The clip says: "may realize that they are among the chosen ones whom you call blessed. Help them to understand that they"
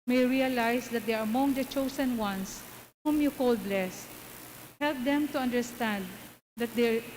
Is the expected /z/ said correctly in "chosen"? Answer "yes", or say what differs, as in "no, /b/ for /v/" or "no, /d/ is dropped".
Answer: no, /s/ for /z/